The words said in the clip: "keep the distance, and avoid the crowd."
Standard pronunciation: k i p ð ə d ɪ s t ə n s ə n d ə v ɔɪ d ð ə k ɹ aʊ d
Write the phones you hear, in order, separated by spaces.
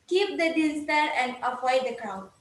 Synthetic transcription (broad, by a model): k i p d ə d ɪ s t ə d ə n d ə p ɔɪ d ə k ɹ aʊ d